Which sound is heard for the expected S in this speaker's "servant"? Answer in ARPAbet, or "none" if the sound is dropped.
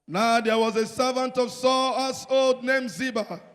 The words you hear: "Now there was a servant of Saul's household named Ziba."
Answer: S